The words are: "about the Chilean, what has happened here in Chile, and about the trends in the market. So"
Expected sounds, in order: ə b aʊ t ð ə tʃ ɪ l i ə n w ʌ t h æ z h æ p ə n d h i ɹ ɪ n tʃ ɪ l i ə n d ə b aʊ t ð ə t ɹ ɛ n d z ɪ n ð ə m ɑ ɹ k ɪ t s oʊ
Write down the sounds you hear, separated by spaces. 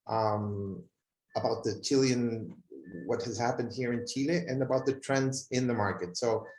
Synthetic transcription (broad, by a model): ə b aʊ t ð ə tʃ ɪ l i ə n w ʌ t h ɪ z h æ p ə n d h i ɹ ɪ n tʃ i l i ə n ə b aʊ t ð ə t ɹ ɛ n d z ɪ n ð ə m ɑ ɹ k ɪ t s oʊ